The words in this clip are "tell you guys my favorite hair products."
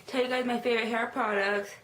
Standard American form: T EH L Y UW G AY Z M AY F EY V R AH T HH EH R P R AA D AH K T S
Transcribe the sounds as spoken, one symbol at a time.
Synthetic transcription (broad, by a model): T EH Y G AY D M AY F EY V R AH T HH EH R P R AA D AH K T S